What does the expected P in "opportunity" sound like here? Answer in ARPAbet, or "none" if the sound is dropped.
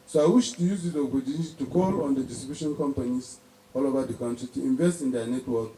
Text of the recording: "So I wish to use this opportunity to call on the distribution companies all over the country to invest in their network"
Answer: B